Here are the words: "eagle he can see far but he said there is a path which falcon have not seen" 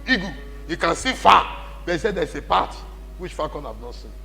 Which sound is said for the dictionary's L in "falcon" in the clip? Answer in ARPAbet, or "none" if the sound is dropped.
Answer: none